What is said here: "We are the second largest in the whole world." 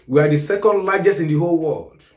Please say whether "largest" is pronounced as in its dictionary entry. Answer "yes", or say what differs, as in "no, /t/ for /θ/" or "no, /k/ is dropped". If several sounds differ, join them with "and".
no, /t/ is dropped